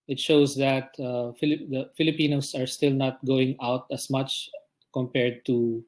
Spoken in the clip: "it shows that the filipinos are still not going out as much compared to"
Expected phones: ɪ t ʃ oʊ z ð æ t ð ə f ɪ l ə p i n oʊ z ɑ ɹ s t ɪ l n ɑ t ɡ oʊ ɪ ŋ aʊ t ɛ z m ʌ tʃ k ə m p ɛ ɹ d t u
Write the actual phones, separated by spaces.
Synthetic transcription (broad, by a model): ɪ t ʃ oʊ s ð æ t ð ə f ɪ l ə p i n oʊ s ɑ ɹ s t ɪ l n ɑ t ɡ oʊ ɪ ŋ aʊ t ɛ s m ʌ tʃ k ə m p ɛ ɹ d t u